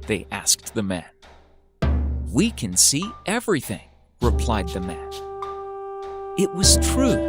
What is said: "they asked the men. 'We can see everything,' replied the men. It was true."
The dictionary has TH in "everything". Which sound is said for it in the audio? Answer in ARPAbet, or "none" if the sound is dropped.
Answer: TH